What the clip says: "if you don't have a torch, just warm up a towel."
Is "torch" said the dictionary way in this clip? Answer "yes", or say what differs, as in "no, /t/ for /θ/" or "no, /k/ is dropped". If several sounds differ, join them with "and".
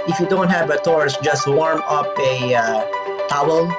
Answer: no, /s/ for /tʃ/